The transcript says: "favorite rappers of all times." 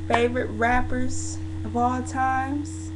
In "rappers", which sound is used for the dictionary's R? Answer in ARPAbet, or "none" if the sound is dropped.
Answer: R